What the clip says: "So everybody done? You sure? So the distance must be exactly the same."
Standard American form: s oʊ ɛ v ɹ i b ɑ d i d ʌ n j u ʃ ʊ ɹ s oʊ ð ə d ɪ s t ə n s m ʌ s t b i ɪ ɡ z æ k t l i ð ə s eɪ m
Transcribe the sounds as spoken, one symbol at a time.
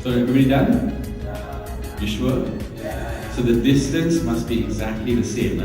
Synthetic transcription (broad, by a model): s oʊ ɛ ɹ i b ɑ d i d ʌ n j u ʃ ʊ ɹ s oʊ ð ə d ɪ s t ə n s m ʌ s t b i ɪ ɡ z æ k t l i ð ə s eɪ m